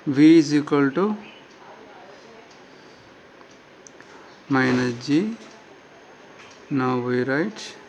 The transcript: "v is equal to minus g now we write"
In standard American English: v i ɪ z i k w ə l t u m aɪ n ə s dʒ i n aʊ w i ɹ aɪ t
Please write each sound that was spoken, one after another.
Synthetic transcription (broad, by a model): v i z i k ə l t u m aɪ n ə dʒ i n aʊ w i ɹ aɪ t